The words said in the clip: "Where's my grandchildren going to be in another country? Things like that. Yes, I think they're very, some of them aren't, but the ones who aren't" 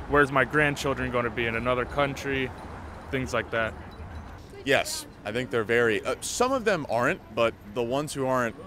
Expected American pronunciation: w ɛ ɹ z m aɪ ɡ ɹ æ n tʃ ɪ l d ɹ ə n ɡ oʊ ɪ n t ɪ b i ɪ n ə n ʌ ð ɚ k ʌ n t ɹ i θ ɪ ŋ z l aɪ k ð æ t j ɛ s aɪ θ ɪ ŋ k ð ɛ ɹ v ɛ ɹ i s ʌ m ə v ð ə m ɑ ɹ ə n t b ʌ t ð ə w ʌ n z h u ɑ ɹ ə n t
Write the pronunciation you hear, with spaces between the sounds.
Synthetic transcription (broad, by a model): w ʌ ɹ z m aɪ ɡ ɹ æ n tʃ ɪ l d ɹ ə n ɡ oʊ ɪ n t ɪ b i ɪ n ə n ʌ ð ɚ k ʌ n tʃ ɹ i θ ɪ ŋ z l aɪ k ð æ t j ɛ s aɪ θ ɪ ŋ k ð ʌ ɹ v ɛ ɹ i s ʌ m ə v ð ə m ɑ ɹ ə n t b ʌ t ð ə w ʌ n z h u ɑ ɹ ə n t